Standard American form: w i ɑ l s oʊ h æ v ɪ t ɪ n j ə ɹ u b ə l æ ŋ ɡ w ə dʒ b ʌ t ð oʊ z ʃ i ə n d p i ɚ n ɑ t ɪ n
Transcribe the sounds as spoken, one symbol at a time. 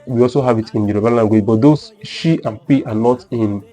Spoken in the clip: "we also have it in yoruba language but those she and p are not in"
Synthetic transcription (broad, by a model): w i ɑ l s oʊ h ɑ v ɪ t ɪ n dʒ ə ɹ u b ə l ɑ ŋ ɡ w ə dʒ b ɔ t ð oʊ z ʃ i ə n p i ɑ n ɑ t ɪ n